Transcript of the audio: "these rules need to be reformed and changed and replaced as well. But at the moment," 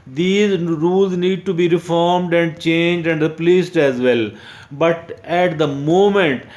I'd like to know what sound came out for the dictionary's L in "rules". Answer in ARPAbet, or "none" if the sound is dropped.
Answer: L